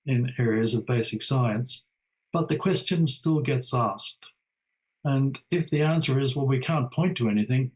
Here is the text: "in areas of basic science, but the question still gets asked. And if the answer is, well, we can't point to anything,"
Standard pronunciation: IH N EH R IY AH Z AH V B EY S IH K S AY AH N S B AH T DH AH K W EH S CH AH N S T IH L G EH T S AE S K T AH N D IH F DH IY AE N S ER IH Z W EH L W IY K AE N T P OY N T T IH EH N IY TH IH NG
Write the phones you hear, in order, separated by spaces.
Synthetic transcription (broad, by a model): IH N EH R IY AH Z AH V B EY S IH K S AY AH N S B AH T DH AH K W EH S CH AH N S T IH L G EH T S AE S K T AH N IH F DH IY AE N S ER IH Z W EH L W IY K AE N P OY N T T IH EH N IY TH IH NG